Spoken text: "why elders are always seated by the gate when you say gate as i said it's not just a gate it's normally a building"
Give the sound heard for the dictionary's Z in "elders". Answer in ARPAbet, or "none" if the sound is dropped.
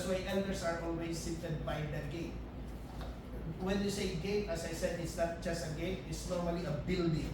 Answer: S